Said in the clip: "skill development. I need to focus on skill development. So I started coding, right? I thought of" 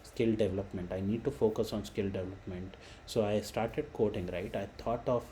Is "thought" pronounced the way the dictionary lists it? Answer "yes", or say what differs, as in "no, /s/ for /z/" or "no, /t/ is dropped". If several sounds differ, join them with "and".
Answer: no, /t/ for /θ/